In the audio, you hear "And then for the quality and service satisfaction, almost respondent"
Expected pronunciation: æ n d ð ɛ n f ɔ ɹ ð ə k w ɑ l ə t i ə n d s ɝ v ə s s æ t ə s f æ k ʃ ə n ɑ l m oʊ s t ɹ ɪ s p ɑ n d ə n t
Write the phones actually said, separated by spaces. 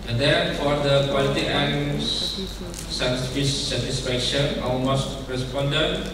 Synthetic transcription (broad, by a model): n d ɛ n f ɔ ɹ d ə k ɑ l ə t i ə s s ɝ f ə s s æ t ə s f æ k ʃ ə n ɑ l m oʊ s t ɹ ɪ s p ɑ n d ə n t